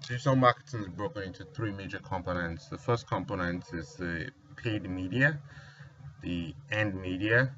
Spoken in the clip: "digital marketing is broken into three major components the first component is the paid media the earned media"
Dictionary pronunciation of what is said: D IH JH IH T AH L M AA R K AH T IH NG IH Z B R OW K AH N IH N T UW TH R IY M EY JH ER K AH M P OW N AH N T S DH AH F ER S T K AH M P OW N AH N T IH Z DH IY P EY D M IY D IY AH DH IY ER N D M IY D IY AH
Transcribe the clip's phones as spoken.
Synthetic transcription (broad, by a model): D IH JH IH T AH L M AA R K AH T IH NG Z B R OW K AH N IH N T UW TH R IY M EY JH ER K AH M P OW N AH N T S DH AH F ER S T K AH M P OW N AH N T IH Z DH IY P EY D M IY D IY AH DH IY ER N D M IY D IY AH